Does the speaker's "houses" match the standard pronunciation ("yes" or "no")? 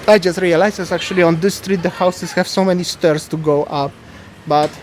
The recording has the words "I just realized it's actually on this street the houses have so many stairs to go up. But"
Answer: no